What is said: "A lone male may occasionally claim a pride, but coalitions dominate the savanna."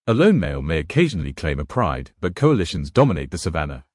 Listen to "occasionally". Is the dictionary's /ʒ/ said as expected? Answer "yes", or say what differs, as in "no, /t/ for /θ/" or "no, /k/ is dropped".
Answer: yes